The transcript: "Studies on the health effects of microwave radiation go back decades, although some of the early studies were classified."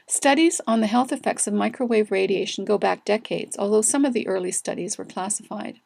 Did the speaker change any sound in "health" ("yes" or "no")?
no